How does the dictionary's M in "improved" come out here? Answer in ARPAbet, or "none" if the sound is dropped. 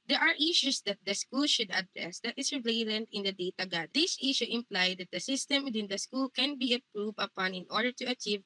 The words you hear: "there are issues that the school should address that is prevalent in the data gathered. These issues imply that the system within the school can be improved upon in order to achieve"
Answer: none